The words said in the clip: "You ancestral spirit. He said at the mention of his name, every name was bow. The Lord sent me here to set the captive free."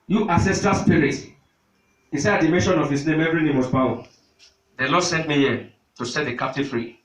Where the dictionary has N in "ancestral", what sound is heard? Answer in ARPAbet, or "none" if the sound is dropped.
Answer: none